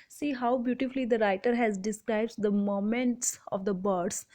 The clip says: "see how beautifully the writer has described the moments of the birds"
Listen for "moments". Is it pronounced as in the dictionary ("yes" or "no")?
yes